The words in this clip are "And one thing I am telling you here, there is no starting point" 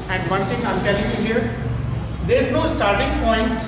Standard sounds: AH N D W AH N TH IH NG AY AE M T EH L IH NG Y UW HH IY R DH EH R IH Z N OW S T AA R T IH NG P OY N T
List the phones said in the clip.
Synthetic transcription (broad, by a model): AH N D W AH N T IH NG AY M T EH L IH NG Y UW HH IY R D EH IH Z N OW S T AA R T IH NG P OY N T